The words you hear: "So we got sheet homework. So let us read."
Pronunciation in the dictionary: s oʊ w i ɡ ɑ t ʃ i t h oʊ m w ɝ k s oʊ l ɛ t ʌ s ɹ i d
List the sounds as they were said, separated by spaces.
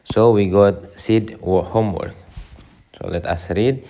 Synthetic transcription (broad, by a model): s oʊ w i ɡ ɑ t s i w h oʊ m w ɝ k s oʊ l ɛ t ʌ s ɹ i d